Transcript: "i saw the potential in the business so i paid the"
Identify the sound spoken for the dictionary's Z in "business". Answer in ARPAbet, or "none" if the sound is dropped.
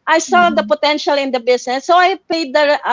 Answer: S